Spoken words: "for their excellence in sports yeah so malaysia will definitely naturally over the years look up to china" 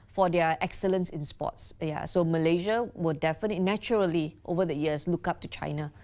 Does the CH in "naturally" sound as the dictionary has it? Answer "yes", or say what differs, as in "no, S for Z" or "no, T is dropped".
no, CH is dropped